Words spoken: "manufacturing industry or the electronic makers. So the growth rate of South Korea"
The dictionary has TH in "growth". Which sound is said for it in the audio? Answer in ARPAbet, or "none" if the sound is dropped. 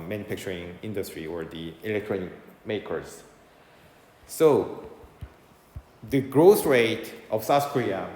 S